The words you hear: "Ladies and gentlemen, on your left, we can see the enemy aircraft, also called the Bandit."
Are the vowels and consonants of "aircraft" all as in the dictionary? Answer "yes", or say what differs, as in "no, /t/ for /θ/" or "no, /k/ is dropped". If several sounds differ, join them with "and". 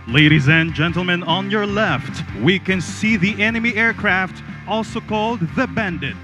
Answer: yes